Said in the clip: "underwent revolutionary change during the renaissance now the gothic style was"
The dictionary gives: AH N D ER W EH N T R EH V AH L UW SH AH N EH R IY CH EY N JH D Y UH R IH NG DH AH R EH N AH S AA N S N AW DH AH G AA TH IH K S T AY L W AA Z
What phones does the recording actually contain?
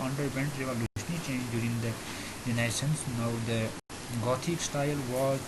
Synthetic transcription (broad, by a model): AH N D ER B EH N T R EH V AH L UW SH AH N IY CH EY N JH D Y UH R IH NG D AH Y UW N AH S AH N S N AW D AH G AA T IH K S T AY L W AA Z